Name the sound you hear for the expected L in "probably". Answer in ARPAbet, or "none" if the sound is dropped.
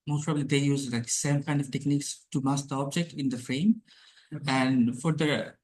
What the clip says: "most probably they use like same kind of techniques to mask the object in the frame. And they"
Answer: L